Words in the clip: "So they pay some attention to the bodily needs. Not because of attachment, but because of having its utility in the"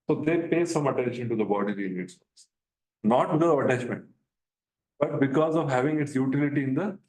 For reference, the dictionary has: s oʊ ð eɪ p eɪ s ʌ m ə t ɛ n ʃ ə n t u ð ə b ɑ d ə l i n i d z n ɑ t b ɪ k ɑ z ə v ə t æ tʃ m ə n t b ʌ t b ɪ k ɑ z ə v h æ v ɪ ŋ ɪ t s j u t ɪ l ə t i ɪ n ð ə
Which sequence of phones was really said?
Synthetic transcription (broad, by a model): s oʊ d eɪ p eɪ s ʌ m ə t ɛ n ʃ ə n t u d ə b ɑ d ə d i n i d s n ɑ t b ɪ k ɑ z ə v ə t æ tʃ m ə n t b ʌ t b ɪ k ɑ z ə v h æ v ɪ ŋ ɪ t s j u t ɪ l ə t i ɪ n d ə